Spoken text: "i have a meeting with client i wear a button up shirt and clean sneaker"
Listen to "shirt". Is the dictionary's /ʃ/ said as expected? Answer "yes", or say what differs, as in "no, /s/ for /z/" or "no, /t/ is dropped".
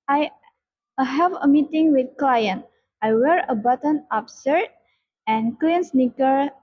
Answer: no, /s/ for /ʃ/